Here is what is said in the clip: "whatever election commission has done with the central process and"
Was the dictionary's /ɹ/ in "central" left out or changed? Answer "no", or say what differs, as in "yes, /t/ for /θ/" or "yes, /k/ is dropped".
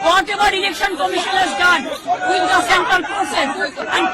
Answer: yes, /ɹ/ is dropped